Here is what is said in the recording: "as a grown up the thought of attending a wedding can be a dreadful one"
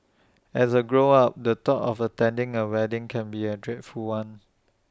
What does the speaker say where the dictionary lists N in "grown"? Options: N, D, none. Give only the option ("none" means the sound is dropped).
none